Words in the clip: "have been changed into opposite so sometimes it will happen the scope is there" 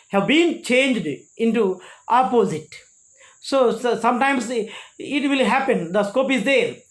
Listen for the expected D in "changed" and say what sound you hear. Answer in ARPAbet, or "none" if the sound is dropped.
D